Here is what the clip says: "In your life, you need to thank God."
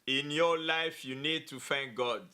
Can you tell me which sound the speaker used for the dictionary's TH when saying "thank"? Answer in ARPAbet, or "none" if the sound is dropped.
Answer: F